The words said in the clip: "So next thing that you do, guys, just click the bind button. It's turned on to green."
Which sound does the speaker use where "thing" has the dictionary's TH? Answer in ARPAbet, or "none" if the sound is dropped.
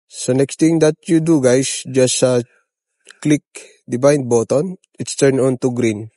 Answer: T